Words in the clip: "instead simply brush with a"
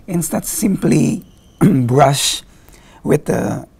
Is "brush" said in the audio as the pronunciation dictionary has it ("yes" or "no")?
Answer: yes